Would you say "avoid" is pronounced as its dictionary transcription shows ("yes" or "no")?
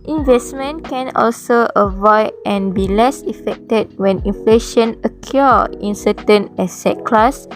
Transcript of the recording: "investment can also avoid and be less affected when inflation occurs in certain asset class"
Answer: yes